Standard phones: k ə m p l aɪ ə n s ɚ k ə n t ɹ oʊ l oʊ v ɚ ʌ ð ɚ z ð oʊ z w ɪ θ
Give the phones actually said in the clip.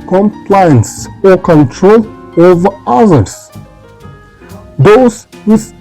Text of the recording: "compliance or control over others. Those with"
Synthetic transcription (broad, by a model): k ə m p l aɪ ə n s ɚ k ə n t ɹ oʊ l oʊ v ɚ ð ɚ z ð oʊ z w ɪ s